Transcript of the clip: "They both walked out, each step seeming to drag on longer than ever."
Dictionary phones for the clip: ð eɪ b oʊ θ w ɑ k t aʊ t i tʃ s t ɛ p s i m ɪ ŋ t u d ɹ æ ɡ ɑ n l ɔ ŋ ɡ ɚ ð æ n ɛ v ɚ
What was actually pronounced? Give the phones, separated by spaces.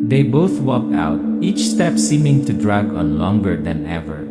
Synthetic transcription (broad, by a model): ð eɪ b oʊ θ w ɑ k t aʊ t i tʃ s t ɛ p s i m ɪ ŋ t u d ɹ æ ɡ ɑ n l ɔ ŋ ɡ ɚ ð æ n ɛ v ɚ